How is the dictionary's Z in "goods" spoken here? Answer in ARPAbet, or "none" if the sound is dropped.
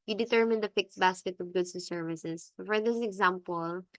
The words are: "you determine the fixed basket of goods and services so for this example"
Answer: S